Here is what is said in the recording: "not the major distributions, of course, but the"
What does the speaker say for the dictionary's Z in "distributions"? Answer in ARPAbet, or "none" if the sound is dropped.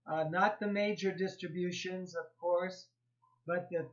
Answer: Z